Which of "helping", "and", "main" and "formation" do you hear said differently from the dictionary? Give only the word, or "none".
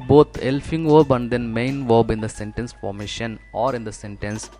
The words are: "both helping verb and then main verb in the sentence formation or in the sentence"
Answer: helping